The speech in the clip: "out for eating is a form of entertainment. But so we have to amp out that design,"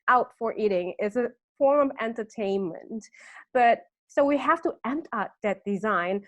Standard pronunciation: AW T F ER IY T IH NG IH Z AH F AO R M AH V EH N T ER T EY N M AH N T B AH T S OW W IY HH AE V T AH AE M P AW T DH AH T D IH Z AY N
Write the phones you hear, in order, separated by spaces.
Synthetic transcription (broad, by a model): AW T F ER IY T IH NG IH Z AH F AO R AH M EH N T ER T EY N M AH N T B AH T S OW W IY HH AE F T AH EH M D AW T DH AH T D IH Z AY N